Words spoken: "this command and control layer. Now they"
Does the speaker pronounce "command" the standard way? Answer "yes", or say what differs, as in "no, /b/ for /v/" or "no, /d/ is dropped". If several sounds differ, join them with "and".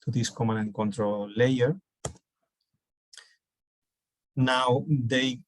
no, /d/ is dropped